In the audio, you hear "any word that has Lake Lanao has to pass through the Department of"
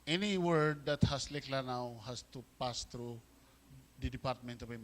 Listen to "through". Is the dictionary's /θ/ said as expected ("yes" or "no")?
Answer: no